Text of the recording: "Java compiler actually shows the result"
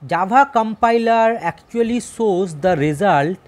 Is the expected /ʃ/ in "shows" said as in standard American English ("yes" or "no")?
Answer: no